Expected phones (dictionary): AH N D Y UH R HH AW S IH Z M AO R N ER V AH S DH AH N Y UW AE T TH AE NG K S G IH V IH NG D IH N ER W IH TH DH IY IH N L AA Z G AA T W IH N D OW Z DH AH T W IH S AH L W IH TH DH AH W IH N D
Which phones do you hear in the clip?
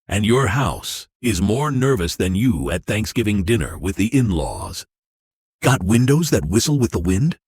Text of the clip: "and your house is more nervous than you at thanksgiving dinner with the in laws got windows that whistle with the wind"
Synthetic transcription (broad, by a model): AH N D Y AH R HH AW S IH Z M AO R N ER V AH S DH AH N Y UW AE T TH AE NG K S G IH V IH NG D IH N ER W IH DH IY IH N L AA Z G AA T W IH N D OW Z DH AH T W IH S L W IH DH AH W IH N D